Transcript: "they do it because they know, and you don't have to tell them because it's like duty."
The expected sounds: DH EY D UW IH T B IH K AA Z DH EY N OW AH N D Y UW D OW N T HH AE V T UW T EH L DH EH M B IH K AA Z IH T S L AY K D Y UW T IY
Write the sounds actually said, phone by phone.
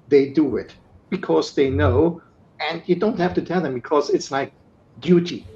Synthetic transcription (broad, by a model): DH EY D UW IH T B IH K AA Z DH EY N OW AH N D Y UW D OW N T HH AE F T UW T EH L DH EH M B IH K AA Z IH T S L AY K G Y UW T IY